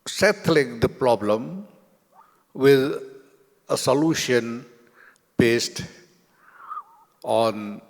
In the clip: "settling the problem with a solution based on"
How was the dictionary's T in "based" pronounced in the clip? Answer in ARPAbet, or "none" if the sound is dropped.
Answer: T